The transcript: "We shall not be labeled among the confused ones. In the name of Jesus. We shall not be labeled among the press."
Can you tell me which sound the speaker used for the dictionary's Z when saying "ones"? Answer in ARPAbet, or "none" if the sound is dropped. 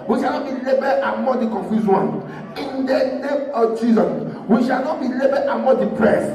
none